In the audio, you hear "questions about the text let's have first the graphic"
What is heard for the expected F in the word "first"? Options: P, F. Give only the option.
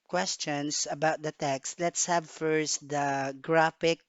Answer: F